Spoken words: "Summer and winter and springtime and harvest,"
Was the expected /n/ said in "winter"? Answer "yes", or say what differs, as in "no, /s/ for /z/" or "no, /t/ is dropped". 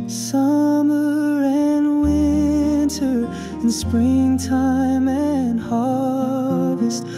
yes